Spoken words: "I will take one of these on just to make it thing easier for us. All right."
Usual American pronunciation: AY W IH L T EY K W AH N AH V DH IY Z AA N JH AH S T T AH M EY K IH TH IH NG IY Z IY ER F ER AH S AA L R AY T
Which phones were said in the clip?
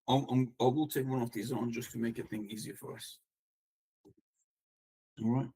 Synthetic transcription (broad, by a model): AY W IH L T EY K W AH N AH V DH IY Z AA N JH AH S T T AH M EY K IH TH IH NG IY Z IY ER F ER AH S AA R AY T